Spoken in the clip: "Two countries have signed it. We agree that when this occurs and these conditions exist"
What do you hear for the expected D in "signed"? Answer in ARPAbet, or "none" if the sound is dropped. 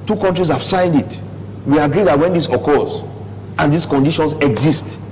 D